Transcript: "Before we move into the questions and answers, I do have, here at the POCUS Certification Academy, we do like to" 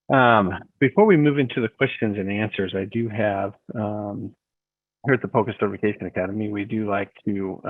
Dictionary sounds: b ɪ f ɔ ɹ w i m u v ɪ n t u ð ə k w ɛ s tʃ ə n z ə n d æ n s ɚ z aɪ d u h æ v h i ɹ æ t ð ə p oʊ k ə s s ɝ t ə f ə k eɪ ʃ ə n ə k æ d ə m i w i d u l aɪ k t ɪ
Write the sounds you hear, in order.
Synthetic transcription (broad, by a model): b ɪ f ɔ ɹ w i m u v ɪ n t u ð ə k w ɛ s tʃ ə n z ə n æ n s ɚ z aɪ d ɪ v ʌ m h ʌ ɹ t ð ə p oʊ k ə s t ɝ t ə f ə k eɪ ʃ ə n ə k æ d ə m i w i d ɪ l aɪ k t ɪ